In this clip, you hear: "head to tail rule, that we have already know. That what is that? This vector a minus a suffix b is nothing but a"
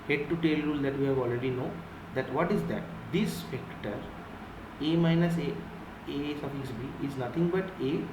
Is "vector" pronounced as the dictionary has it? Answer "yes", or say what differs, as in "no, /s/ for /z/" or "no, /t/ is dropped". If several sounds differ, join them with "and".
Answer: no, /f/ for /v/